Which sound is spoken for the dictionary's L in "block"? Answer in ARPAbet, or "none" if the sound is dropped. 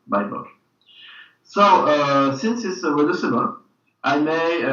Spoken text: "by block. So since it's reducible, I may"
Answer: none